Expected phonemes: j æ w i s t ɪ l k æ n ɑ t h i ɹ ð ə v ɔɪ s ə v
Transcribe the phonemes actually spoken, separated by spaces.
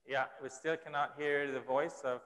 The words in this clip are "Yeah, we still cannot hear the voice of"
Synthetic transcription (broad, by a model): j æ w i s t ɪ l k æ n ɑ t h i ɹ ð ə v ɔɪ s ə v